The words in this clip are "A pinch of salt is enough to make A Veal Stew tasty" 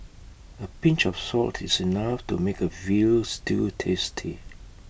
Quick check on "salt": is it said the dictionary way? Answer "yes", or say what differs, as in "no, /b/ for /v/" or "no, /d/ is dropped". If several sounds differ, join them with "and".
yes